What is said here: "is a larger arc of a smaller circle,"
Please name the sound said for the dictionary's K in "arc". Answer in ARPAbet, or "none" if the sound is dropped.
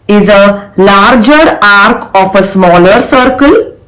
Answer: K